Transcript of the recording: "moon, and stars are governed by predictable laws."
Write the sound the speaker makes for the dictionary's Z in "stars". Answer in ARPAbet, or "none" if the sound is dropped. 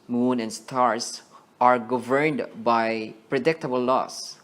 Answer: S